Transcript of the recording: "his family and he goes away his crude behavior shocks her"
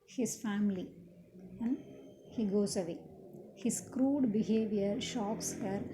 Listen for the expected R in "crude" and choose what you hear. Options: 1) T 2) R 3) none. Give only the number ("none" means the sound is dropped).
2